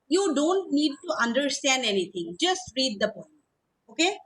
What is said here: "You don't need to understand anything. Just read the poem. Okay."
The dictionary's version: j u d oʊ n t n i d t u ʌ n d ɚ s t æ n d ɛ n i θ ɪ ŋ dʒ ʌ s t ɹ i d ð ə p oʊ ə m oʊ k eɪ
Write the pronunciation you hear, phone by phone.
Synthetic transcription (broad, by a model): j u d oʊ n t n i d t u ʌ n d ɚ s t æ n d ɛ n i t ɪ ŋ dʒ ʌ s t ɹ i d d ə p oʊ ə oʊ k eɪ